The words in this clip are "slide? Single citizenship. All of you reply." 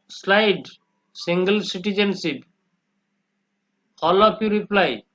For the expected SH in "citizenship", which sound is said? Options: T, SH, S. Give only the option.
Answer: S